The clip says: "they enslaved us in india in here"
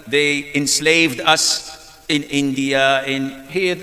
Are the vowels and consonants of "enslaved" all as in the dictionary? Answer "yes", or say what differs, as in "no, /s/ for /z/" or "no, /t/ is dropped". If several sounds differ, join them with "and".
yes